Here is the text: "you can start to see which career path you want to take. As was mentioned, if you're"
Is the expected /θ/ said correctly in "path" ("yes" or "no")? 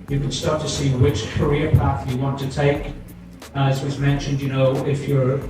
yes